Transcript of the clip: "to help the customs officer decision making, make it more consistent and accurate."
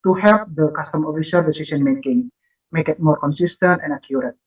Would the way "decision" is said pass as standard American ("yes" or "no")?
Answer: no